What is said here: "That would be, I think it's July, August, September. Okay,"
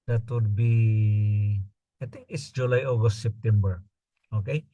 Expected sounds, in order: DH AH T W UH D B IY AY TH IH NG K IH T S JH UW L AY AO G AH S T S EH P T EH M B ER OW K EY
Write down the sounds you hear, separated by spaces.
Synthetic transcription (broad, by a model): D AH T W UH D B IY AY T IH NG K IH T S JH UW L AY AO G AH S T S EH P T EH M B ER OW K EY